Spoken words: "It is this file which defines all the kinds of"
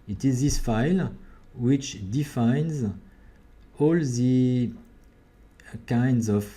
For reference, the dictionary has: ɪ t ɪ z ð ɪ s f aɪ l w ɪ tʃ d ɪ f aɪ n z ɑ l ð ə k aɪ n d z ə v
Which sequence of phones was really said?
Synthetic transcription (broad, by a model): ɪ t ɪ z ð ɪ s f aɪ l w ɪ tʃ d ɪ f aɪ n z ɑ l ð ə k aɪ n d z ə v